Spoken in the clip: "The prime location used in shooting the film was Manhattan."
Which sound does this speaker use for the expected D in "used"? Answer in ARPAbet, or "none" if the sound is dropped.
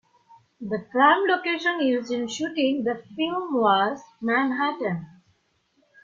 none